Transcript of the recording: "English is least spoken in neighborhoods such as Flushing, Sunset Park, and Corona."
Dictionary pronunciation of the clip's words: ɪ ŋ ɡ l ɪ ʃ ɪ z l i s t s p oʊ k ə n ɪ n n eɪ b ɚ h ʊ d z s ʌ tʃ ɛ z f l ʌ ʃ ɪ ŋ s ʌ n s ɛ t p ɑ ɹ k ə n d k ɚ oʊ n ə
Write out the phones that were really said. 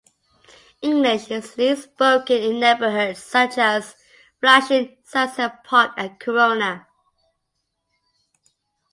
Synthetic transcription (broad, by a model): ɪ ŋ ɡ l ɪ ʃ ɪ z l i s s p oʊ k ə n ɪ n n eɪ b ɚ h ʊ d s ʌ tʃ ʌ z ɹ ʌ ʃ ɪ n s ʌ s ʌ p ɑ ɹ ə k ɚ oʊ n ə